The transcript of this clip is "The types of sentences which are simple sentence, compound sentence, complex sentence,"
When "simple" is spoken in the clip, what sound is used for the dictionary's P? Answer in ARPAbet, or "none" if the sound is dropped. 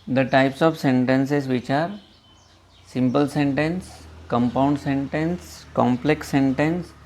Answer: P